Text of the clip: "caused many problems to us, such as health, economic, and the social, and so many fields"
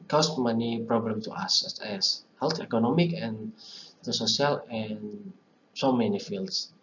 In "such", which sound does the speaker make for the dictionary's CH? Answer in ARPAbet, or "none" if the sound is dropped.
S